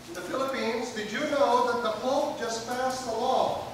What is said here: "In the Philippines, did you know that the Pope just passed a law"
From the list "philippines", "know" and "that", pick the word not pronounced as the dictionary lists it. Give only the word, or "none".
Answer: none